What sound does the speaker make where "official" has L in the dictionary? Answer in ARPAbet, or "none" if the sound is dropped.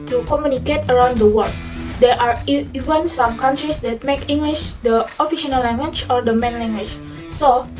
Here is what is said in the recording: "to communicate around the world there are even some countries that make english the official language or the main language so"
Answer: N